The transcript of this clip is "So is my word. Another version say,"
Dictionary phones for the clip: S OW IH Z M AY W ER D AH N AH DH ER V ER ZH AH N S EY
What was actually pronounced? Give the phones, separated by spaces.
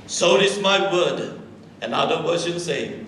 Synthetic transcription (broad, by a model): S OW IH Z M AY W ER D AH N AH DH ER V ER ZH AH N S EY